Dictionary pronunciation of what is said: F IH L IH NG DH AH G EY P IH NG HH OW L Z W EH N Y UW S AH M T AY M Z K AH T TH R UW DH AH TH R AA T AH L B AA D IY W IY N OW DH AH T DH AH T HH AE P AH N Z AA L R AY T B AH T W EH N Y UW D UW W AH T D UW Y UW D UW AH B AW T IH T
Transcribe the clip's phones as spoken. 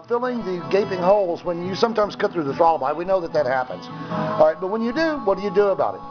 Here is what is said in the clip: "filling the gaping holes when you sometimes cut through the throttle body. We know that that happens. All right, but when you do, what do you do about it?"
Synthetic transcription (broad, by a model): F IH L IH NG DH AH G EY P IH NG HH OW L Z W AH N Y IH S AH M T AY M Z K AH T TH R UW DH AH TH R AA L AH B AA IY W IY N OW DH AH T DH AH T HH AE P AH N Z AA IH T B AH T W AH N Y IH D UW W AH T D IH Y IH D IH AH B AW T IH T